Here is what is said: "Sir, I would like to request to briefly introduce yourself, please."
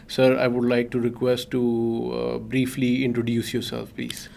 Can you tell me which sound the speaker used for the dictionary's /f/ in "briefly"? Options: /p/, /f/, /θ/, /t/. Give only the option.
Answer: /f/